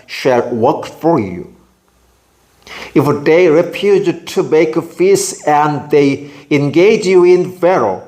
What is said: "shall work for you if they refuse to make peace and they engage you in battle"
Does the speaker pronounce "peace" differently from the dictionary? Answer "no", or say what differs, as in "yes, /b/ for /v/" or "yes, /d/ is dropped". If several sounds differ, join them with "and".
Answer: yes, /f/ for /p/